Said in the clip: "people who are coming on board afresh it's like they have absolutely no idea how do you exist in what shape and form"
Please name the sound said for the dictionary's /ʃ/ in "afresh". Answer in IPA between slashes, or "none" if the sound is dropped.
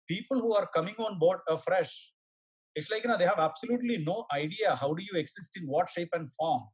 /ʃ/